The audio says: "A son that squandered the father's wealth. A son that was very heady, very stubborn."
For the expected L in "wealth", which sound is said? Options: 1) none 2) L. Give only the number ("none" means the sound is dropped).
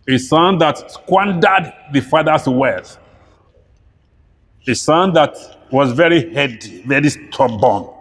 1